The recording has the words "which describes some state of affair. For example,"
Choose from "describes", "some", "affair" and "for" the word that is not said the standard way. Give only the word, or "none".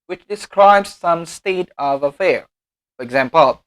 none